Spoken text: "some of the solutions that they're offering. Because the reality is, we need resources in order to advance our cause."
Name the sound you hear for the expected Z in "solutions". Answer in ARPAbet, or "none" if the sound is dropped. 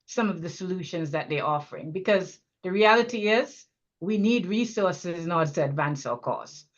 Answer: Z